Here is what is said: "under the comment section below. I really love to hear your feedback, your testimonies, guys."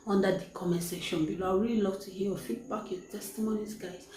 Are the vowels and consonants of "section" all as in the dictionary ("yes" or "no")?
no